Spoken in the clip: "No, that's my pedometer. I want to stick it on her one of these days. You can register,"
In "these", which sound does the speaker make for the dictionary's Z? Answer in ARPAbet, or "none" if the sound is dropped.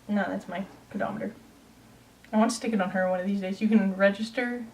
Z